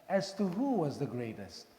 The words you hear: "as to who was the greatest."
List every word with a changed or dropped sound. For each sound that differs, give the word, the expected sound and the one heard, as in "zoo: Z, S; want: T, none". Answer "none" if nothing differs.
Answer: none